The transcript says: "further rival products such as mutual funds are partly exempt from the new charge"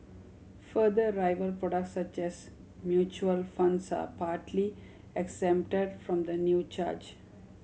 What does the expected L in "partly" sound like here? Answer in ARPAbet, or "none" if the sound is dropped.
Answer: L